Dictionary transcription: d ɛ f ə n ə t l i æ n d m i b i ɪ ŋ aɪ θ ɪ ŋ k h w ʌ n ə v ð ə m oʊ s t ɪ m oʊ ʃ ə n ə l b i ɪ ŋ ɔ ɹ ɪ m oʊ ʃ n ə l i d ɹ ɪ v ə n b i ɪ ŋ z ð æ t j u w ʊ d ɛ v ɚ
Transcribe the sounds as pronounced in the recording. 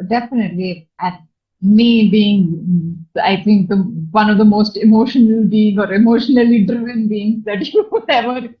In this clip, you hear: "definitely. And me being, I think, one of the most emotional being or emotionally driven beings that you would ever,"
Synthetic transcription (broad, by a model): d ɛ f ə n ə t l i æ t m i b i ɪ ŋ aɪ t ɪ ŋ k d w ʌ n ə v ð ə m oʊ s t ɪ m oʊ ʃ ə n ə l b i ɪ ŋ ɔ ɹ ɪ m oʊ ʃ n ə l i d ɹ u ə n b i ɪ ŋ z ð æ t j u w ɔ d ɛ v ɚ